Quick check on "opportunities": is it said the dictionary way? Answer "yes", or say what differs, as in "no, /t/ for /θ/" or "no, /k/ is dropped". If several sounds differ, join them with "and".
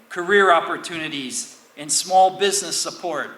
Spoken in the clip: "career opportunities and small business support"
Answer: yes